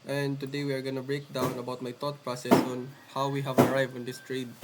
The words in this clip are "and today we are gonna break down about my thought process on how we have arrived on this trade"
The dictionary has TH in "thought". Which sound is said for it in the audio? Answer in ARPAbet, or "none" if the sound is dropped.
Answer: T